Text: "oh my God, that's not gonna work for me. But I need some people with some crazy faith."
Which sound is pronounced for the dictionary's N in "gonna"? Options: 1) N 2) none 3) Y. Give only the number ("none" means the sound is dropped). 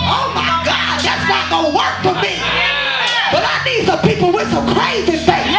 2